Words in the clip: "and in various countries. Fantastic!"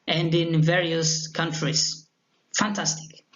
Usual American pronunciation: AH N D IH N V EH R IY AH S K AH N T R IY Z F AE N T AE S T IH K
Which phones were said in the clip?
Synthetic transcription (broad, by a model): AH N D IH N V EH R IY AH S K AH N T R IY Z F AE N T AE S T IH K